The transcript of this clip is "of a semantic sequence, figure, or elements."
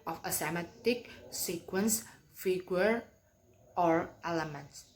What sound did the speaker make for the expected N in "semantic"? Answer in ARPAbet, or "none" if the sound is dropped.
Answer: none